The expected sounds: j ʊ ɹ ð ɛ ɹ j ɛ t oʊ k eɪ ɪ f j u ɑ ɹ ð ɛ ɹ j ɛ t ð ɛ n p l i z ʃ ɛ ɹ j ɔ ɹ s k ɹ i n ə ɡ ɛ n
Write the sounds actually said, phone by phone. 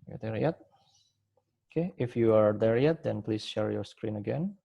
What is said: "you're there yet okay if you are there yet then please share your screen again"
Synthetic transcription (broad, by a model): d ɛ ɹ j ɛ t oʊ k eɪ ɪ f j u ɑ ɹ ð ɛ ɹ j ɛ t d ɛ n p l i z ʃ ɛ ɹ j ɔ ɹ s k ɹ i n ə ɡ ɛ n